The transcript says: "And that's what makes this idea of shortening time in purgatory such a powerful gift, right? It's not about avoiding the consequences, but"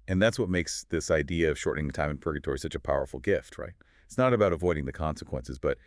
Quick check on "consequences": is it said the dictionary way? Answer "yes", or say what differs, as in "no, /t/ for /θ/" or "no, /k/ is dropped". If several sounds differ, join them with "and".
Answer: yes